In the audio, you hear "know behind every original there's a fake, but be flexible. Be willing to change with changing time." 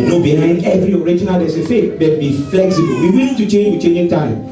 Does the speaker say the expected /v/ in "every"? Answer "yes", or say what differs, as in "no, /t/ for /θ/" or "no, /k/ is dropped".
yes